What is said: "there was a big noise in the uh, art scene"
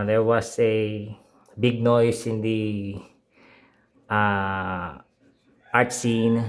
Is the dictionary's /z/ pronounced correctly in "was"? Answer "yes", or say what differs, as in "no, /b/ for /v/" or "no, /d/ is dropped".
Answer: no, /s/ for /z/